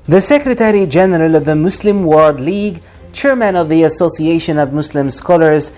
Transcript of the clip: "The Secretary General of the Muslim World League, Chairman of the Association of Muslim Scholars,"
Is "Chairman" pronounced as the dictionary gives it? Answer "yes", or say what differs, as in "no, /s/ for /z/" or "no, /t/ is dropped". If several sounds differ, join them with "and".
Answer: yes